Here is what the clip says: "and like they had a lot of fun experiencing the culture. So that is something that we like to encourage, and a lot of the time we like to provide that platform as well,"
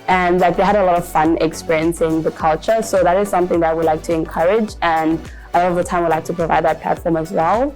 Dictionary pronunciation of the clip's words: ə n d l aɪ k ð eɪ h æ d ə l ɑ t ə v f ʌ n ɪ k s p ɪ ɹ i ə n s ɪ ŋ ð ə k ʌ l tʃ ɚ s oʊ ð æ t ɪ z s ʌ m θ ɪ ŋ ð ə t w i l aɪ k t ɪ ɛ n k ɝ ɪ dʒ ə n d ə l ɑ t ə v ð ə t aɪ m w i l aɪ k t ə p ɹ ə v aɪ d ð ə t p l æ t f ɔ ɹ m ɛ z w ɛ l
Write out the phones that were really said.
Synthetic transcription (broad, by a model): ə n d l aɪ k ð eɪ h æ d ə l ɑ t ə v f ʌ n ɪ k s p ɪ ɹ i ə n s ɪ ŋ ð ə k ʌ l tʃ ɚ s oʊ ð æ t ɪ z s ʌ m θ ɪ ŋ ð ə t w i l aɪ k t ɪ ɛ n k ɝ ɪ dʒ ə n ə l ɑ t ə v ð ə t aɪ m w i l aɪ k t ə p ɹ ə v aɪ d ð ə t p l æ t f ɔ ɹ m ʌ z w ɛ l